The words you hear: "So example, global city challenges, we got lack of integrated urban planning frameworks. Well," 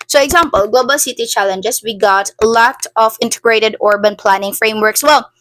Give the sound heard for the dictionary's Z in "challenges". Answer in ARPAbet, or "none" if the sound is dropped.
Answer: S